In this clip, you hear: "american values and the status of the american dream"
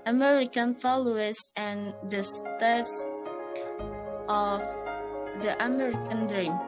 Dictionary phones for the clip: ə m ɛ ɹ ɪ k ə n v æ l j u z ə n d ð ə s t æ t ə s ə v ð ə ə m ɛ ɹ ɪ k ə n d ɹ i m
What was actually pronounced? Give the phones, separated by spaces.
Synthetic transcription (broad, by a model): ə m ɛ ɹ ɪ k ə n f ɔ l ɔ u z ə n d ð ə s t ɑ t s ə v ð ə ə m ɛ ɹ ɪ k ə n d ɹ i m